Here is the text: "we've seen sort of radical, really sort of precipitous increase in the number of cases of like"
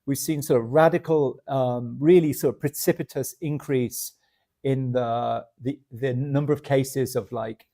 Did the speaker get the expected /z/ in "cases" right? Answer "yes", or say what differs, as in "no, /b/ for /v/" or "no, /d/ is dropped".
yes